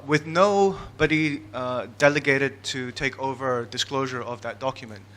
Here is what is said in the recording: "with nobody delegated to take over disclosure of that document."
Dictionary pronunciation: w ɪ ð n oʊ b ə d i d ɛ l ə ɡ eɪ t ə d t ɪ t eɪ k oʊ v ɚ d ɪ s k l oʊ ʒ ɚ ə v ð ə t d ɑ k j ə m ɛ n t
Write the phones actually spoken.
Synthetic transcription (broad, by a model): w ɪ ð n oʊ b ə d i d ɛ l ə ɡ eɪ t ə d t ɪ t eɪ k oʊ v ɚ d ɪ s k l oʊ ʒ ɚ ə v ð ə t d ɑ k j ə m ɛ n t